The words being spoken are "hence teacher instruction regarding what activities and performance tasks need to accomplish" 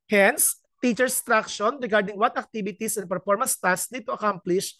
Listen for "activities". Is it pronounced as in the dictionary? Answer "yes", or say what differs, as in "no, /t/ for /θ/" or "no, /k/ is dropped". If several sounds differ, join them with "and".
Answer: no, /s/ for /z/